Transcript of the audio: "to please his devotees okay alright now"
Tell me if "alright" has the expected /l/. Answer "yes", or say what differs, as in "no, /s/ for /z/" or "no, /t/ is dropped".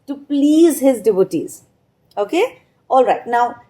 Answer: yes